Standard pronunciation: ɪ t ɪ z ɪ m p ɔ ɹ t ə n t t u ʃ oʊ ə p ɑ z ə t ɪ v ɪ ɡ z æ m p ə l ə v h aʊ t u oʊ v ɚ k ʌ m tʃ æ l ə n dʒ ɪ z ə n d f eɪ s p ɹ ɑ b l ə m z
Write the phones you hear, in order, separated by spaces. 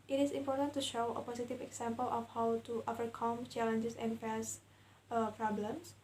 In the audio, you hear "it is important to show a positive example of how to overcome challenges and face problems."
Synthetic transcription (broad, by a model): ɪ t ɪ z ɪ m p ɔ ɹ t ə n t t u ʃ oʊ ə p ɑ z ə t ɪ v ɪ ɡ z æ m p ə l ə f h aʊ t u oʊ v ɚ k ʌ m tʃ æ l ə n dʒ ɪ s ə n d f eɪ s p ɹ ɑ b l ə m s